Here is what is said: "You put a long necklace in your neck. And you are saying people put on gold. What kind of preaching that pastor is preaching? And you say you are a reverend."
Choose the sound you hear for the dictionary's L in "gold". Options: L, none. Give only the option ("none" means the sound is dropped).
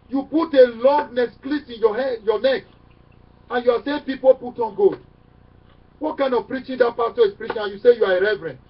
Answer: none